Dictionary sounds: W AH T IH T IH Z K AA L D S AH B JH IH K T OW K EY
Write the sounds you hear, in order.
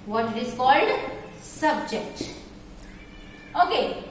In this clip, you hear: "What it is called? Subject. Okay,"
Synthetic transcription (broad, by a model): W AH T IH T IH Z K AA L D S AH B JH IH K T OW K EY